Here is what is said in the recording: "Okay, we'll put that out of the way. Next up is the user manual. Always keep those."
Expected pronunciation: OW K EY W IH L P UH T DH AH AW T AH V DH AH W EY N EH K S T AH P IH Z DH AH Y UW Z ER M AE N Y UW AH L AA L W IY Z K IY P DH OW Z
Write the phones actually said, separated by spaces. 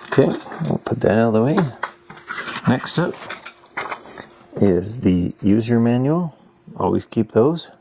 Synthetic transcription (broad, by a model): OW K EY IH P UH T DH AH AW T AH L DH AH W EY N EH K S T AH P IH Z DH AH Y UW Z ER M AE N Y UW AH L AA L W IY Z K IY P DH OW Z